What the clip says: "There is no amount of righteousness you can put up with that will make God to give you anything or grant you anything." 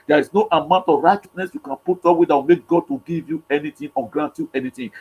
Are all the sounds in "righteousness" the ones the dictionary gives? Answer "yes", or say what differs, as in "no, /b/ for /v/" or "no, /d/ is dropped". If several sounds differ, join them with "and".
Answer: yes